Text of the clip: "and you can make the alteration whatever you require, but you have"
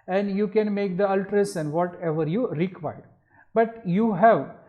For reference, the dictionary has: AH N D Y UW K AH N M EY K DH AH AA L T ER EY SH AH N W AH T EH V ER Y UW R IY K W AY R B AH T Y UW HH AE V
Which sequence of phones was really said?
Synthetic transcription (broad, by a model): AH N D Y UW K AH N M EY K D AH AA L T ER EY S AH N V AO T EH V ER Y UW R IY K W AY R B AH T Y UW HH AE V